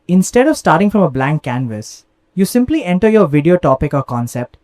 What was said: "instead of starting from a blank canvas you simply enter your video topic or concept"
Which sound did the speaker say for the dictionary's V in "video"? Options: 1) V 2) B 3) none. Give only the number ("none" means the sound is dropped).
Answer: 1